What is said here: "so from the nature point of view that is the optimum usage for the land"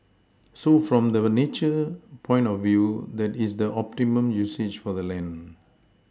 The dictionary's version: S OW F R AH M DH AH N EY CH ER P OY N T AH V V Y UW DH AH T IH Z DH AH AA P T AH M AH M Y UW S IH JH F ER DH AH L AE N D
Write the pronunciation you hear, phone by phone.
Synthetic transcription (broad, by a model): S OW F R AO M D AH N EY CH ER P OY N T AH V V Y UW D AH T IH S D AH AA P T AH M AH M Y UW S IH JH F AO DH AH L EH N